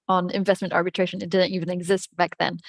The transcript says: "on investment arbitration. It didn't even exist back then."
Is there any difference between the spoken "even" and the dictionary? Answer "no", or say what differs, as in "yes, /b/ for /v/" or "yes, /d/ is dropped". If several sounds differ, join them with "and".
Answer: no